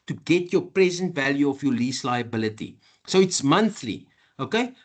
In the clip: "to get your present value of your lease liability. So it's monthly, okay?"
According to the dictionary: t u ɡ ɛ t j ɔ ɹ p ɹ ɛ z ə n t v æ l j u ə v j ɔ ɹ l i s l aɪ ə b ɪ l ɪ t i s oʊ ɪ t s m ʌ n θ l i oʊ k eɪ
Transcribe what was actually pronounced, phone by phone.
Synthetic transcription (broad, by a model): t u ɡ ɛ t j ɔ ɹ p ɹ ɛ z ə n t v æ l j u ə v j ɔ l i s l aɪ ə b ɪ l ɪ t i s oʊ ɪ t s m ʌ n θ l i oʊ k eɪ